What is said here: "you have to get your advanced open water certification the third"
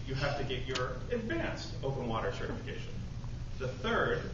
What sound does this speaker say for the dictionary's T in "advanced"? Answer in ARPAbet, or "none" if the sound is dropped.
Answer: T